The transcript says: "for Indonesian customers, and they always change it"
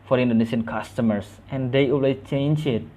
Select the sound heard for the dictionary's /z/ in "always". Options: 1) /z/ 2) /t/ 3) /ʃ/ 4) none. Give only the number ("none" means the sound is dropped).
4